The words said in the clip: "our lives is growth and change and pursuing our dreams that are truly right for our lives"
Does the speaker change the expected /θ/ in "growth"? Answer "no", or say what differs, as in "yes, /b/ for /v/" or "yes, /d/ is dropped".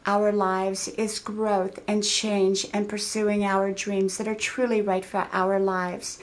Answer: no